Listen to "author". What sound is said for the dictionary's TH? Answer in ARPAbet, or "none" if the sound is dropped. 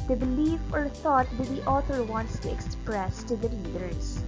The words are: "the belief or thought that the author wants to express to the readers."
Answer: T